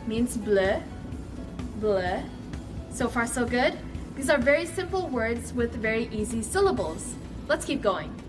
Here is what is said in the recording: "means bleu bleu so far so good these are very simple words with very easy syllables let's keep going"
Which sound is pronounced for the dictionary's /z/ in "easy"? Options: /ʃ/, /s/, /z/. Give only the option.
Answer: /z/